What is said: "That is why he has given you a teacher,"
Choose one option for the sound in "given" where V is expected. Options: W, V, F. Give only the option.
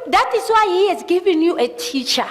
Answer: V